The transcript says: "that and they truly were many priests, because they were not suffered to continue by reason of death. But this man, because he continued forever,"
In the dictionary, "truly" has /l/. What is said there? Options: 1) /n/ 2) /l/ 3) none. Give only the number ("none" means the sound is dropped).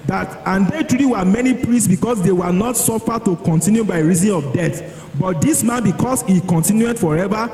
3